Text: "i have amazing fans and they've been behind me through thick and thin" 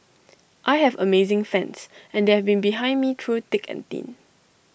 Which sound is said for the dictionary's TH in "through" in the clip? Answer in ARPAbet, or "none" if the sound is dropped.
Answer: T